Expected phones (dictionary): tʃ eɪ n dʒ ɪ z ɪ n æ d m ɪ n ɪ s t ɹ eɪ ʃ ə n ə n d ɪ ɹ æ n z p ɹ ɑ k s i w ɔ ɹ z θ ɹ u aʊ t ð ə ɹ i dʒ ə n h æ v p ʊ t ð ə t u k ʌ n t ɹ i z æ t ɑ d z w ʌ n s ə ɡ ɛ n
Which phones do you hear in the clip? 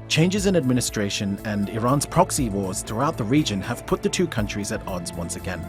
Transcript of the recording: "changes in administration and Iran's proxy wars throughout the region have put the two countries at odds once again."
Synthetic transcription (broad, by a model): tʃ eɪ n dʒ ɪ z ɪ n æ d m ɪ n ɪ s t ɹ eɪ ʃ ə n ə n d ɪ ɹ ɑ n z p ɹ ɑ k s i w ɔ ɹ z θ ɹ u aʊ t ð ə ɹ i dʒ ə n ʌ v p ʊ t ð ə t u k ʌ n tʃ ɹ i z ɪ t ɑ d z w ʌ n s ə ɡ ɛ n